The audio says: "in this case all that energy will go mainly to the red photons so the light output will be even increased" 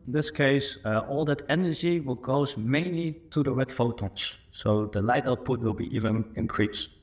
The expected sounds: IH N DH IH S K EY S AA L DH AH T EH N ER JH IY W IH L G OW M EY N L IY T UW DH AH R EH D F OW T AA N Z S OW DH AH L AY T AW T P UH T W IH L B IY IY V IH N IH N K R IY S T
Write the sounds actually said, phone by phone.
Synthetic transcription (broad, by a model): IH N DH IH S K EY S AA L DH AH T EH N ER JH IY W IH L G OW M EY N L IY T UW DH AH R EH D F OW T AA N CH S OW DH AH L AY T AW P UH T W IH L B IY IY V IH N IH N K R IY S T